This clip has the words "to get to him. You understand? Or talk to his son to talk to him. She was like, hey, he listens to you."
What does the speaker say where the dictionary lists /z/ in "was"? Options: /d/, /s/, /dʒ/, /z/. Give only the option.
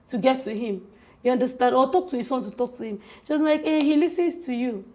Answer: /s/